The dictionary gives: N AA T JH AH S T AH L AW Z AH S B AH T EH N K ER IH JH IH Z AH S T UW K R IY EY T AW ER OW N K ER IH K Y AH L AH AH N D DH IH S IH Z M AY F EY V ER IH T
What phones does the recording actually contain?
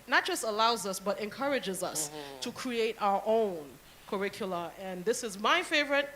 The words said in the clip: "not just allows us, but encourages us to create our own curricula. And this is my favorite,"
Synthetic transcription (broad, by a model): N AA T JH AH S T AH L AW Z AH S B AH T EH N K ER IH JH IH Z AH S T UW K R IY EY T AW ER OW N K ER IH K Y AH L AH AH N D DH IH S IH Z M AY F EY V ER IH T